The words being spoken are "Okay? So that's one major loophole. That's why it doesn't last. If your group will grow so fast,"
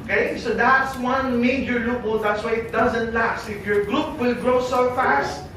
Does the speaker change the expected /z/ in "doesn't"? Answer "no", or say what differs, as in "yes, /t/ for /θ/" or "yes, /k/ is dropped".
no